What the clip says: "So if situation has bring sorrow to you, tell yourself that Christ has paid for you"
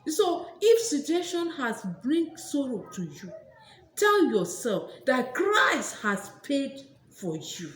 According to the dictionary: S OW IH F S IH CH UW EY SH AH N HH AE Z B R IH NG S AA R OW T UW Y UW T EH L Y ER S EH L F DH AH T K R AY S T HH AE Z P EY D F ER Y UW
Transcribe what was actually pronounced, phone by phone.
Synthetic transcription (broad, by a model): S OW IH F S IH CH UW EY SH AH N HH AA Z B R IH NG S AA R OW T UW Y UW T EH L Y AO S EH L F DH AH T K R AY S T HH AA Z P EY D F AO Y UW